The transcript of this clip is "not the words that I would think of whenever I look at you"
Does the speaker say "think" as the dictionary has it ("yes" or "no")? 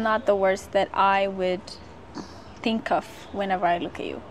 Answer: yes